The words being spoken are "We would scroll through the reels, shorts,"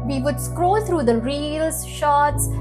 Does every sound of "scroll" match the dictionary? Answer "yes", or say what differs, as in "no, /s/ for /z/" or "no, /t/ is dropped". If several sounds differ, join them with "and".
yes